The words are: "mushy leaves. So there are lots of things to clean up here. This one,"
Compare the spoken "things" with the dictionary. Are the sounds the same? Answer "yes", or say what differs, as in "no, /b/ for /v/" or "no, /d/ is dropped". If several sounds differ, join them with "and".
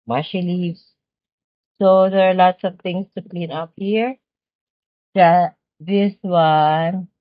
no, /t/ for /θ/ and /s/ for /z/